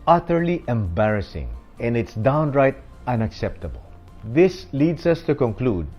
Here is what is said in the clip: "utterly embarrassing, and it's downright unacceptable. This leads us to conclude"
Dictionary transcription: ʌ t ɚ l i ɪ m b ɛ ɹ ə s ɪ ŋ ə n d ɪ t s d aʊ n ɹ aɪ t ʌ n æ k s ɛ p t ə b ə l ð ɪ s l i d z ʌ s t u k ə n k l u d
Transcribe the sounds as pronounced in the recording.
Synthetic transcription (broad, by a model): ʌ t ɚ l i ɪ m b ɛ ɹ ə s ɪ ŋ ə n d ɪ t s d aʊ n ɹ aɪ t ʌ n æ k s ɛ p t ə b ə l ð ɪ s l i d s ʌ s t u k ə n k l u d